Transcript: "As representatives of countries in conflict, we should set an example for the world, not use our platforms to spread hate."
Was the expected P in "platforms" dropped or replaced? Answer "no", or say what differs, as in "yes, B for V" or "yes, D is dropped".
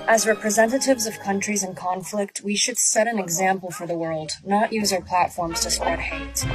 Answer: no